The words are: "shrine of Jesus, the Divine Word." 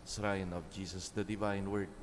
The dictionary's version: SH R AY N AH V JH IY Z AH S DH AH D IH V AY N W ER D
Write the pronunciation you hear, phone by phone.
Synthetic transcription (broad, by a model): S R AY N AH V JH IY S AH S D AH D IH V AY N W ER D